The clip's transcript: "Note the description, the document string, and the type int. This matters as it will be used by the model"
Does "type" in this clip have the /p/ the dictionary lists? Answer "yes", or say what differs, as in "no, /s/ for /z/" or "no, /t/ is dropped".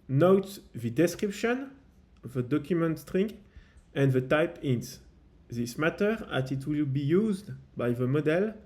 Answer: yes